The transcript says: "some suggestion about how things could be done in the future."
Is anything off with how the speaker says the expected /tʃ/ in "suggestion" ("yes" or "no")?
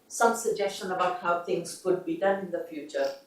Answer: no